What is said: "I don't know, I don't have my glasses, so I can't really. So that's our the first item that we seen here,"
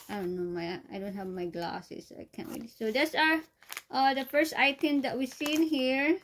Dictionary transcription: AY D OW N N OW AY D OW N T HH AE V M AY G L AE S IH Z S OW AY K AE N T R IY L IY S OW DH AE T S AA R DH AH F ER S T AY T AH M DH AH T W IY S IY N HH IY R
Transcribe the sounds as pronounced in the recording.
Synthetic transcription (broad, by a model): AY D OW N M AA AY D OW N T HH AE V M AY G L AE S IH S AY K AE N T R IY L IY S OW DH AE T S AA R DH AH F ER S T AY T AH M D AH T W IY S IY N HH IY R